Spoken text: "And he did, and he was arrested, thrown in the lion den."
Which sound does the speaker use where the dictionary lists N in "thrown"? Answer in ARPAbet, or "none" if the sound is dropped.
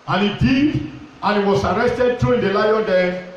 none